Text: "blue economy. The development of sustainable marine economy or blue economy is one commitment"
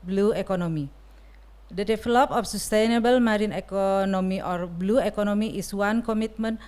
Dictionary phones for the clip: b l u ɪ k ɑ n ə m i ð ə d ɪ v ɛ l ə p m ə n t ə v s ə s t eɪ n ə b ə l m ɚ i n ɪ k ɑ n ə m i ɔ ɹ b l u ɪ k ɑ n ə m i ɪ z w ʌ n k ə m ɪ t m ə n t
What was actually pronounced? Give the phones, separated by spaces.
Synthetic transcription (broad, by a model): b l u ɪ k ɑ n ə m i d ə d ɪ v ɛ l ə p ə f s ə s t eɪ n ə b ə l m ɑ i n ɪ k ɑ n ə m i ɔ ɹ b l u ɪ k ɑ n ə m i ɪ s w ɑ n k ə m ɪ t m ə n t